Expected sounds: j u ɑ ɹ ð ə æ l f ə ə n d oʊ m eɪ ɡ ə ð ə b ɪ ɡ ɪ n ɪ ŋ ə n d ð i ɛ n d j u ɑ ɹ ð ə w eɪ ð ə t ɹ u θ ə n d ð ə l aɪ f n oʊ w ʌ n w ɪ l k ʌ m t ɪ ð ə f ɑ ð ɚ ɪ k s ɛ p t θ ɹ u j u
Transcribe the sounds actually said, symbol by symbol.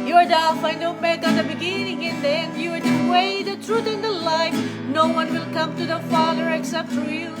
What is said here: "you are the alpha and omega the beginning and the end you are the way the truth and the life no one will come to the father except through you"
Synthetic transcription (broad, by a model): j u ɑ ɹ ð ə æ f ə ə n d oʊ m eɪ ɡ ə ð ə b ɪ ɡ ɪ n ɪ ŋ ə n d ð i ɛ n d j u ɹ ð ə w eɪ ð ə t ɹ u θ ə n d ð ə l aɪ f n oʊ w ʌ n w ɪ l k ʌ m t ɪ ð ə f ɑ ð ɚ ɪ k s ɛ p t f ɹ j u